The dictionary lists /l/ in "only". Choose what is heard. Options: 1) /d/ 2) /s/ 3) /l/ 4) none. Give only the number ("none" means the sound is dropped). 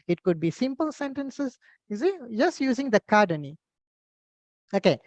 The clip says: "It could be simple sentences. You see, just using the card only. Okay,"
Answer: 4